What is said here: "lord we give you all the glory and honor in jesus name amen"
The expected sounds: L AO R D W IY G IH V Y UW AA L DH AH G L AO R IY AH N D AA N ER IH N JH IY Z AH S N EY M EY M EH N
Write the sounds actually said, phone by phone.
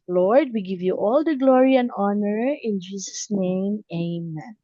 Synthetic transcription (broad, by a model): L AO R D W IY G IH V Y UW AA L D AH G L AO R IY AH N D AA N ER IH N JH IY S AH S N EY M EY M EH N